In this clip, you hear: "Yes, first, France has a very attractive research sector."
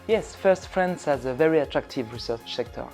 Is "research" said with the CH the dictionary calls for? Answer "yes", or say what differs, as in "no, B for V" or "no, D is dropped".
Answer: no, S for CH